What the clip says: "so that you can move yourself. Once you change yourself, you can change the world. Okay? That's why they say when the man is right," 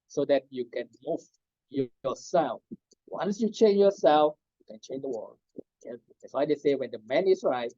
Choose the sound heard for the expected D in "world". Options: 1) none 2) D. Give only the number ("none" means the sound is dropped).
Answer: 1